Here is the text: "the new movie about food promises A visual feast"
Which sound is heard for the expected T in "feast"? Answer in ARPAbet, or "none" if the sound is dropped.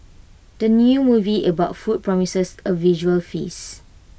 none